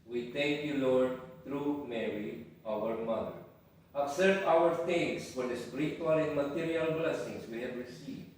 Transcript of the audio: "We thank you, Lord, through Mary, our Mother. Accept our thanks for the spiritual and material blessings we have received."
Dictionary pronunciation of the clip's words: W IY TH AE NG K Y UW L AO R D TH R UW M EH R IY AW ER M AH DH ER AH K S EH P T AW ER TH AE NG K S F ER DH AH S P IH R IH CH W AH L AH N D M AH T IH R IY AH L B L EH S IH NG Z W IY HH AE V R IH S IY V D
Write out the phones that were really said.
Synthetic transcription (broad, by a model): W IY T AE NG K Y UW L AO R D T R UW M EH R IY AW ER M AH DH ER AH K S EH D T AW ER T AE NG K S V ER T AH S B R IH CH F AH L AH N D M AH T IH R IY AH L B L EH S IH NG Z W IY HH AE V R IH S IY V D